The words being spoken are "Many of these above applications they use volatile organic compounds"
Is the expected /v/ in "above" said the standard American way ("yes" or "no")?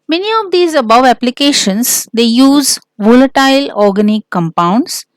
yes